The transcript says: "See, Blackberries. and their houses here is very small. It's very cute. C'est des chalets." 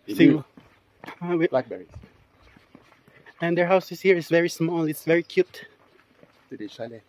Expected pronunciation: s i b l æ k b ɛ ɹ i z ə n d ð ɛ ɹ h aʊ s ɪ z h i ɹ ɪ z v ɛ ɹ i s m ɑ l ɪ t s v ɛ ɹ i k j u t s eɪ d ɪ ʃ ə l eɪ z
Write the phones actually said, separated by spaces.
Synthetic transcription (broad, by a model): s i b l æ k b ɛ ɹ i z ə n d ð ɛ ɹ h aʊ s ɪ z h i ɹ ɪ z v ɛ ɹ i s m ɑ l ɪ t s v ɛ ɹ i k j u t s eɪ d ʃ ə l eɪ